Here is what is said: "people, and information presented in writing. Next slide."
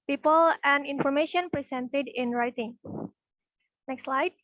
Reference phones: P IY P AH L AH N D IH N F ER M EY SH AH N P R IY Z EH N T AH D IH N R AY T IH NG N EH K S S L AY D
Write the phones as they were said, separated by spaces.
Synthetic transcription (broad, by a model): P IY P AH L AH N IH N F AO M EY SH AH N P R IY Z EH N T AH D IH N R AY T IH NG N EH K S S L AY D